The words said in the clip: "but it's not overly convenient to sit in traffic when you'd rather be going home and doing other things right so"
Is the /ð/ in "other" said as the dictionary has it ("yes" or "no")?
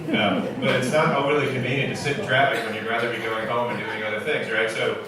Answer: yes